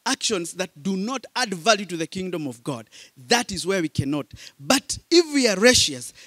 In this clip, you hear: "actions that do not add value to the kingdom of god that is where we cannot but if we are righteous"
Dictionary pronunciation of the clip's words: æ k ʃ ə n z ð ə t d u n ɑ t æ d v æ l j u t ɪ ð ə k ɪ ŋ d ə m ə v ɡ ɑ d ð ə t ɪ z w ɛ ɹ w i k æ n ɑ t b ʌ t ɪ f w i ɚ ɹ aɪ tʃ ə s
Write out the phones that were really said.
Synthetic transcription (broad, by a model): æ k ʃ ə n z ð ə t d u n ɑ t æ d v æ l j u t ɪ ð ə k ɪ ŋ d ə m ə v ɡ ɑ d ð ə t ɪ z w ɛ ɹ w i k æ n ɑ t b ʌ t ɪ f w i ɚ ɹ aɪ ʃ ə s